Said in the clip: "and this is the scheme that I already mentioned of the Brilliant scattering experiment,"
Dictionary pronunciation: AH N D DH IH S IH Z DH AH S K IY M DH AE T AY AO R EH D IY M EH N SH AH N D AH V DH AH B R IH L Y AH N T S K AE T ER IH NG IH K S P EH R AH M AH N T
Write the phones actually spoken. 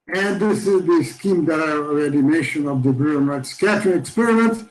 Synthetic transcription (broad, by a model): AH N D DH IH S IH Z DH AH S K IY M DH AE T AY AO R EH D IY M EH SH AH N AH V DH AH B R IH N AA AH T S K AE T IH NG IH K S P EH R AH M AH N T